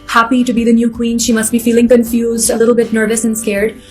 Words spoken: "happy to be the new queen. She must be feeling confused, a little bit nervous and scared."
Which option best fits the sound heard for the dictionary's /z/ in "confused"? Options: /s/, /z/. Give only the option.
/z/